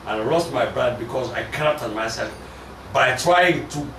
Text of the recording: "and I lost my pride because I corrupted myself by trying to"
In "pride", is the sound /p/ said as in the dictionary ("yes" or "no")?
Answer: no